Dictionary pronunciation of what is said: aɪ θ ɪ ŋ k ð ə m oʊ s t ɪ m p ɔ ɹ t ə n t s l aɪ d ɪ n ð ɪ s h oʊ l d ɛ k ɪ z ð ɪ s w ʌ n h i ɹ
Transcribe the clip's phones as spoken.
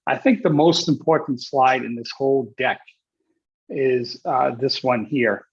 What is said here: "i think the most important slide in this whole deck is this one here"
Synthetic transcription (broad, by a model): aɪ θ ɪ ŋ k ð ə m oʊ s t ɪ m p ɔ ɹ t n t s l aɪ d ɪ n ð ɪ s h oʊ l d ɛ k ɪ z ð ɪ s w ʌ n h i ɹ